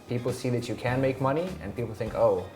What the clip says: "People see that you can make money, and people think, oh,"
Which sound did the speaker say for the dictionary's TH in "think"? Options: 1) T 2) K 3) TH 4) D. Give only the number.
3